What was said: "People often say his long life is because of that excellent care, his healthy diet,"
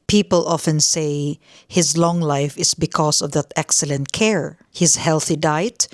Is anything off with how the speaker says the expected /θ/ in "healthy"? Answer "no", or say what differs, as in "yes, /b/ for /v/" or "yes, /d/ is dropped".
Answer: no